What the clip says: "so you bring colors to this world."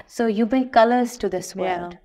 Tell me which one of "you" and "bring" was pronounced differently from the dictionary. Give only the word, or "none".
bring